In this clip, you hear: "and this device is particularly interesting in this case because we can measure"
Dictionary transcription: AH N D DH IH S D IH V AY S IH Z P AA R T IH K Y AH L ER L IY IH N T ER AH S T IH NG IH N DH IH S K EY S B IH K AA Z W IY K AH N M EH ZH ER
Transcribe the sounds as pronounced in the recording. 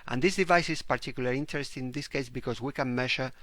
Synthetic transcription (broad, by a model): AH N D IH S D IH V AY S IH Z P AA R T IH K Y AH L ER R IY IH N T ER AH S T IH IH N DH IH S K EY S B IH K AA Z W IY K AH N M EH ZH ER